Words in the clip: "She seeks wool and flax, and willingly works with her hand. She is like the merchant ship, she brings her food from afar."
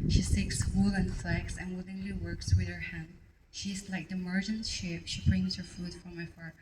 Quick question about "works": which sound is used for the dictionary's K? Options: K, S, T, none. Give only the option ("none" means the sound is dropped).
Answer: K